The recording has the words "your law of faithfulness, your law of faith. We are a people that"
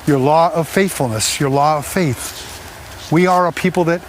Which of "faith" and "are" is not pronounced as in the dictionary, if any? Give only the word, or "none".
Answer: none